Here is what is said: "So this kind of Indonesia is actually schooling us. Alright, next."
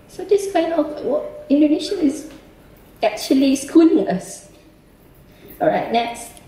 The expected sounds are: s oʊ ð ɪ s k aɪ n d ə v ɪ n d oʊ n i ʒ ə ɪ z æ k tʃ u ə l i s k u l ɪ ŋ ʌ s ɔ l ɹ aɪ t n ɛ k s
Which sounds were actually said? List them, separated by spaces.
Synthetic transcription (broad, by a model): s oʊ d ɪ s k aɪ n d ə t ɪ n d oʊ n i ʃ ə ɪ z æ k tʃ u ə l i s k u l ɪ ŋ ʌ s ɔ ɹ aɪ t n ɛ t s